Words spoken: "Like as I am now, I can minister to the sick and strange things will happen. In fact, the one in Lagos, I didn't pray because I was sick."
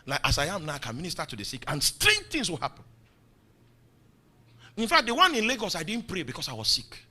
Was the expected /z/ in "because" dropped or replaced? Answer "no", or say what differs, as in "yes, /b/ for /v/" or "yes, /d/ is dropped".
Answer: yes, /s/ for /z/